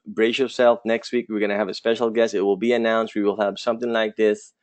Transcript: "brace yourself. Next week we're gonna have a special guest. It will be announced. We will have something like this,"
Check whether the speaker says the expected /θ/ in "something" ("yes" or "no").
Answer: yes